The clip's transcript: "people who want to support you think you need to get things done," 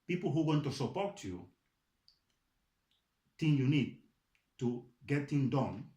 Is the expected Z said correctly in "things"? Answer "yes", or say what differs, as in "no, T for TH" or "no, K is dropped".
no, Z is dropped